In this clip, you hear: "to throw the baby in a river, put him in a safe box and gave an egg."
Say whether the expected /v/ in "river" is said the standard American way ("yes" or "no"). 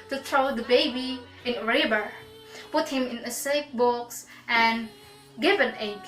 no